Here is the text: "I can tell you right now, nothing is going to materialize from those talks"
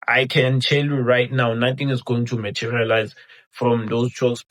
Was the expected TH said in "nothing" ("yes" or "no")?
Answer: no